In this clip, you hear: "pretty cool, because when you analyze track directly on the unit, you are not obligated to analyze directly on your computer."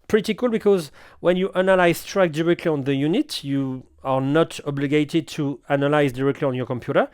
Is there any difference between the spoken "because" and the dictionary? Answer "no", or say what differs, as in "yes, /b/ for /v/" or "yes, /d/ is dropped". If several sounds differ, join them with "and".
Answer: no